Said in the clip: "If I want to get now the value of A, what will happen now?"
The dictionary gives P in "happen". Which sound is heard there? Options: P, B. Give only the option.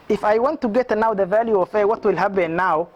B